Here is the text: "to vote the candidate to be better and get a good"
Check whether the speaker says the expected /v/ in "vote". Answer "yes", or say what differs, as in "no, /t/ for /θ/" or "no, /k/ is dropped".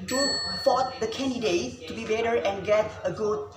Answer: no, /f/ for /v/